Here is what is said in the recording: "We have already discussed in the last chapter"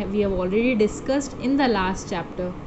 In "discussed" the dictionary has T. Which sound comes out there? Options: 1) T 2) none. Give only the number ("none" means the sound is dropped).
1